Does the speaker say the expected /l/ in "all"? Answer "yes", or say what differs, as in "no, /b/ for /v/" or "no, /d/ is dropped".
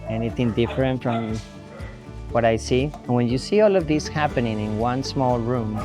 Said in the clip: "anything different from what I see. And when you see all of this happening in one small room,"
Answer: yes